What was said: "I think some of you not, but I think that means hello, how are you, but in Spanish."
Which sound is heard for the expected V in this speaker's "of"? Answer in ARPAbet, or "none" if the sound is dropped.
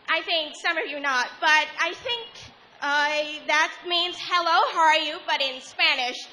V